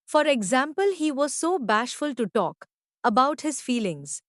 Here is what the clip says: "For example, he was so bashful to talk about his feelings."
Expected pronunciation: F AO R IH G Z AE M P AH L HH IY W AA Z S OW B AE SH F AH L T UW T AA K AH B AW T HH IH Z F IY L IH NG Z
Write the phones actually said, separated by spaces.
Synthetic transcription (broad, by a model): F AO R IH G Z AE M P AH L HH IY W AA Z S OW B AE SH F AH L T UW T AA K AH B AW T HH IH Z F IY L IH NG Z